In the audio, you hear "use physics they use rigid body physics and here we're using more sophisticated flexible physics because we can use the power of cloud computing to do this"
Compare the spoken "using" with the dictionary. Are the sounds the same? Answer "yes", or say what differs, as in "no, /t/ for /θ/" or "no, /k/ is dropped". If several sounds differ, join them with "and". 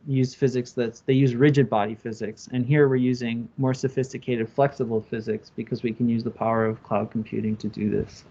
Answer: yes